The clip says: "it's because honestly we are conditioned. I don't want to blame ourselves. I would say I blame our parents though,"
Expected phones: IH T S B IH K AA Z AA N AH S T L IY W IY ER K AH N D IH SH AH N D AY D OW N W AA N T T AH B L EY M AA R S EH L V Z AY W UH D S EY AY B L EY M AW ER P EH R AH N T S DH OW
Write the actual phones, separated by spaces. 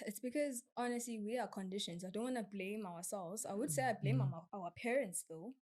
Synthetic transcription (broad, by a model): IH T S B IH K AA Z AA N AH S T L IY W IY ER K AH N D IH SH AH N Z AY D OW N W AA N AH B L EY M AA W S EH L V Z AY W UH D S EY AY B L EY M AW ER P EH R AH N T S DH OW